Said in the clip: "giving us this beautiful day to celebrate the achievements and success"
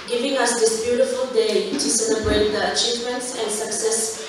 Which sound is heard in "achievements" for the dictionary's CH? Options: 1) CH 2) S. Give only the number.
1